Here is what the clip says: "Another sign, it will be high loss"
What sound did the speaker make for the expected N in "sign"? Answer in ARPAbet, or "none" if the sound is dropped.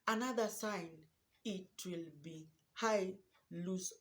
N